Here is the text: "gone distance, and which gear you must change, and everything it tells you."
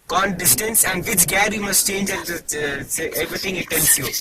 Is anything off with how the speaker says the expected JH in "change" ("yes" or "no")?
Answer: no